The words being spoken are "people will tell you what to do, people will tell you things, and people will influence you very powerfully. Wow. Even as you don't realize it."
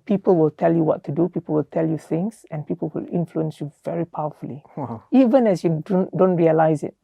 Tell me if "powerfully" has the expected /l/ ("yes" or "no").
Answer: no